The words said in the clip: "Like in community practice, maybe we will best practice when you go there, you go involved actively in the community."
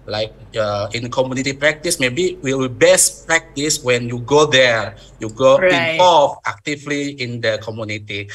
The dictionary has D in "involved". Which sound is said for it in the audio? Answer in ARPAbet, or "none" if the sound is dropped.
none